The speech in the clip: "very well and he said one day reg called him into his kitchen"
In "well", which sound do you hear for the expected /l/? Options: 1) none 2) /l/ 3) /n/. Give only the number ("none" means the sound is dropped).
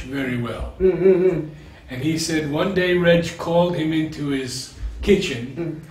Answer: 2